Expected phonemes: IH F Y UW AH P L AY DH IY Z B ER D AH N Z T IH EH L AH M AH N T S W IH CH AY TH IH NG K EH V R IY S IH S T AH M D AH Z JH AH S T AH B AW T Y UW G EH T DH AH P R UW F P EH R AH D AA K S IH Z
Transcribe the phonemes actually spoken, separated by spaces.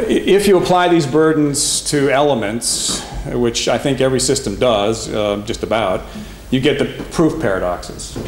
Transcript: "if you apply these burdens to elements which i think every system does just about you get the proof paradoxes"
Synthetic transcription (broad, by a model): IH F Y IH AH P L AY DH IY Z B ER D N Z T IH EH L AH M AH N T S W IH CH AY TH IH NG K EH V R IY S IH S T AH M D AH Z JH AH S T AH B AW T Y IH G EH T DH AH P R UW F P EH R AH D AA K S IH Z